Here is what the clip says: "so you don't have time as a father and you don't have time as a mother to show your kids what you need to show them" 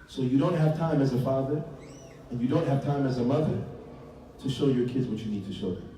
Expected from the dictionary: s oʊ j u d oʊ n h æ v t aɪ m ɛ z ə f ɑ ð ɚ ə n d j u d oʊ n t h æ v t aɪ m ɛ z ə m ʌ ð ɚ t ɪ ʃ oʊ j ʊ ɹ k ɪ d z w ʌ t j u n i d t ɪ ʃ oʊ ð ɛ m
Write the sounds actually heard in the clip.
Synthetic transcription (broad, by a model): s oʊ j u d oʊ n h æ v t aɪ m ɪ z ə f ɑ ð ɚ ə n j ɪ d oʊ n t h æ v t aɪ m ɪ z ə m ʌ ð ɚ t ɪ ʃ oʊ j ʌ ɹ k ɪ d z w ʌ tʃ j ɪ n i d t ɪ ʃ oʊ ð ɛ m